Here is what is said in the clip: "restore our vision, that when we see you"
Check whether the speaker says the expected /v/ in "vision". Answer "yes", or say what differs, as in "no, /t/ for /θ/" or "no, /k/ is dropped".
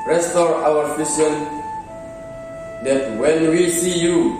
no, /f/ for /v/